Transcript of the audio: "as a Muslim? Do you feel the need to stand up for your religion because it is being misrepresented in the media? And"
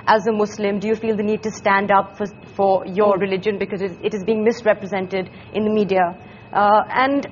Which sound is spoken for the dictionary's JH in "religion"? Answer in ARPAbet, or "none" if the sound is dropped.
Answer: JH